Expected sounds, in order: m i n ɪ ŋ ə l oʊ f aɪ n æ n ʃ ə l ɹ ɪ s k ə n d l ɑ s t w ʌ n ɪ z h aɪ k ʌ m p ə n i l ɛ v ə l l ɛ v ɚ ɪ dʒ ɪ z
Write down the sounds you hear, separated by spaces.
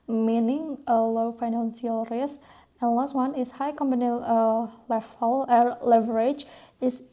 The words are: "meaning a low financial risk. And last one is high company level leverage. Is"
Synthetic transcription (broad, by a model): m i n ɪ ŋ ə l oʊ f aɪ n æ n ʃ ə l ɹ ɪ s ə n l ɑ s t w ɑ n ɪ s h aɪ k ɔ m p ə n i l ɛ f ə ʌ l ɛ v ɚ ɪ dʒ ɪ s